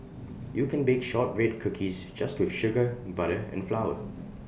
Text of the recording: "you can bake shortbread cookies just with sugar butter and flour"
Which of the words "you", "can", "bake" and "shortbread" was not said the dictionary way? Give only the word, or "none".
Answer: shortbread